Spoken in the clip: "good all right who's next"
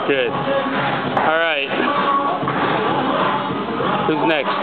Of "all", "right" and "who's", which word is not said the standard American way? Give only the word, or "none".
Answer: none